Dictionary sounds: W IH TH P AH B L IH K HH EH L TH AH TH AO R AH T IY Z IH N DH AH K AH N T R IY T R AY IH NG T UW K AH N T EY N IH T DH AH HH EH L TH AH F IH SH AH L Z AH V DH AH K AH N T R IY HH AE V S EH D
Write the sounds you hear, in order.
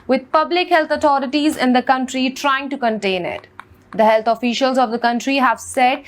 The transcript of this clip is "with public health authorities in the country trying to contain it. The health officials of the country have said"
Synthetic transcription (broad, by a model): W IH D P AH B L IH K HH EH L T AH T AO R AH T IY Z IH N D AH K AH N T R IY T R AY IH NG T UW K AH N T EY N IH T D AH HH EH L T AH F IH SH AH L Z AH V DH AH K AH N T R IY HH AE V S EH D